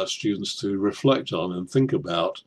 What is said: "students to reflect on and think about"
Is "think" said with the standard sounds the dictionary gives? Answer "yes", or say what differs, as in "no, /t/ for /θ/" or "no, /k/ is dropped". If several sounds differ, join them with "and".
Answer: yes